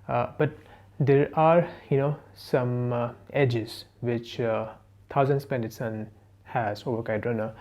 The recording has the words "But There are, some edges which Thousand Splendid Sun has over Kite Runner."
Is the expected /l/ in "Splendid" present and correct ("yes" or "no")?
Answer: no